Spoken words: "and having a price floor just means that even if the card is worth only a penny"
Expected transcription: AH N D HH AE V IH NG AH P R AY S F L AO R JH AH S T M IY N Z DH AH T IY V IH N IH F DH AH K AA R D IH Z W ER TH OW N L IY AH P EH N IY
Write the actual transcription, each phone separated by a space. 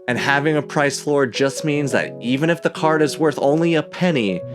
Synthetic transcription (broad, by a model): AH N HH AE V IH NG AH P R AY S F L AO R JH AH S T M IY N Z DH AH T IY V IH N IH F DH AH K AA R D IH Z W ER TH OW N L IY AH P EH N IY